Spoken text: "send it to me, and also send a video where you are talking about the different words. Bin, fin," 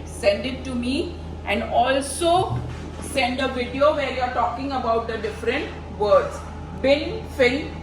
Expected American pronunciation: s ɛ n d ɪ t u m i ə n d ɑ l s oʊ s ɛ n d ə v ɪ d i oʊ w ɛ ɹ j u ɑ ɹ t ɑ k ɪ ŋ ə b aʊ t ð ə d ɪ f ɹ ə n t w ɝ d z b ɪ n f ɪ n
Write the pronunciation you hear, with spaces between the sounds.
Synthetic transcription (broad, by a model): s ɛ n d ɪ t u m i ə n d ɑ l s oʊ s ɛ n d ə v ɪ d i oʊ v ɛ ɹ j u ɑ ɹ t ɑ k ɪ ŋ ə b aʊ t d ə d ɪ f ɹ ə n t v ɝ d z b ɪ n f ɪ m